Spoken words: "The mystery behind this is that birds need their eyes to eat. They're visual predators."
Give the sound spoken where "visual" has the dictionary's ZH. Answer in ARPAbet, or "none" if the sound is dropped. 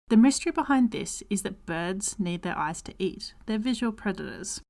ZH